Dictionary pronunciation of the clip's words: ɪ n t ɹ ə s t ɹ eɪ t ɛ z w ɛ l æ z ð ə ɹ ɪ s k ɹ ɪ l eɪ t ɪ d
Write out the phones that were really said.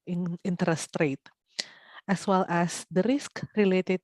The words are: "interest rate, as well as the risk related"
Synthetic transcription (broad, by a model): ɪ n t ɹ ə s t ɹ eɪ t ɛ s w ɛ l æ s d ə ɹ ɪ s k ɹ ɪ l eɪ t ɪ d